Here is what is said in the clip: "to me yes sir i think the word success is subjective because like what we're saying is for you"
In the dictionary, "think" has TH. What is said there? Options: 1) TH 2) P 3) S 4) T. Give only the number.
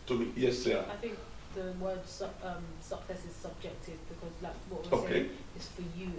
1